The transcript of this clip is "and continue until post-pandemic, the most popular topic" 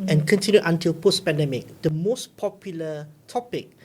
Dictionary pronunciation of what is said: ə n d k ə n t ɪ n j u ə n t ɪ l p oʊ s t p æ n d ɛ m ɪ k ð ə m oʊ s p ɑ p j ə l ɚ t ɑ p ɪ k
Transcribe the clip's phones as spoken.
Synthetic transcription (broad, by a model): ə n k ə n t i n j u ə n t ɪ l p oʊ s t p æ n d ɛ m ɪ k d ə m oʊ s p ɑ p j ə l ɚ t ɑ p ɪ k